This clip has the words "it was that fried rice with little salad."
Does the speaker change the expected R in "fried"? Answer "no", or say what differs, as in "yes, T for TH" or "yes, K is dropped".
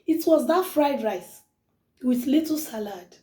no